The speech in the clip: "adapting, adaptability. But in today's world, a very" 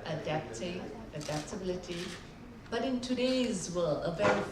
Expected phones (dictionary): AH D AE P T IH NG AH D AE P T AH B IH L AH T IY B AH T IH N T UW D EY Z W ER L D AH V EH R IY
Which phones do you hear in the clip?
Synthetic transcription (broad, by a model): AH D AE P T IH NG AH D AE P T AH B IH L AH T IY B AH T IH N T UW D EY Z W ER L AH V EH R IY